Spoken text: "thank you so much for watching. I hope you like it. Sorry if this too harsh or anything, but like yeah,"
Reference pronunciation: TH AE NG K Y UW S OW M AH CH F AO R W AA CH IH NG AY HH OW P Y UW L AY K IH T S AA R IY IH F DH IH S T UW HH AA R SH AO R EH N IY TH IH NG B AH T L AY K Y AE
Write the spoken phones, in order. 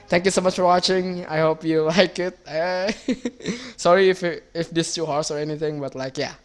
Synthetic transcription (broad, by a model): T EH NG K Y UW S OW M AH CH F AO R W AA CH IH NG AY HH OW P Y UW L AY K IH T S AA R IY IH F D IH S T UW HH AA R S AO R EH N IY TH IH NG B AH T L AY K Y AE